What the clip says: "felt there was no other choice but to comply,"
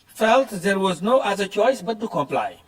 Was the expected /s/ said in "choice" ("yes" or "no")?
yes